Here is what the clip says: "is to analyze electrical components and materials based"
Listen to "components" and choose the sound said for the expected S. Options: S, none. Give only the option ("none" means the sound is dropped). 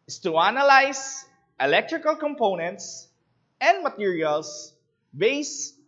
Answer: S